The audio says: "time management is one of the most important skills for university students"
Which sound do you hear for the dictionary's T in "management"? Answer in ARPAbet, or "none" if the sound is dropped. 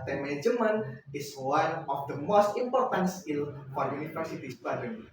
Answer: none